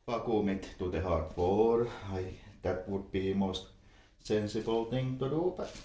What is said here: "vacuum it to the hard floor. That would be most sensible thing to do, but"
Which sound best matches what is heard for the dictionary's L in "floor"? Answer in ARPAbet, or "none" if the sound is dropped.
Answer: none